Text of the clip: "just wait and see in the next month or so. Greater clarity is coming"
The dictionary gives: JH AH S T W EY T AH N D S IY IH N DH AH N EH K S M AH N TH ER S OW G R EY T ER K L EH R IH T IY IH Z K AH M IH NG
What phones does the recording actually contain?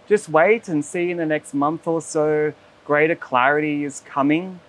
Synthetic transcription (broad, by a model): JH AH S T W EY T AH N S IY IH N DH AH N EH K S M AH N TH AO S OW G R EY T ER K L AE R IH T IY IH Z K AH M IH NG